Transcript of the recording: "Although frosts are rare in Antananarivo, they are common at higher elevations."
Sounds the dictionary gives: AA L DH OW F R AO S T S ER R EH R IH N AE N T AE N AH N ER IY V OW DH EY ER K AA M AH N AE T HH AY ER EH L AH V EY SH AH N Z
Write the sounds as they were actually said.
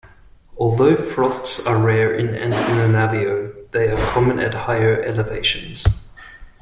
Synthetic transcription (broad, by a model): AA L DH OW F R AO S T S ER R EH R IH N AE N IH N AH N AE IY OW DH EY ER K AA M AH N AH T HH AY ER EH L AH V EY SH AH N Z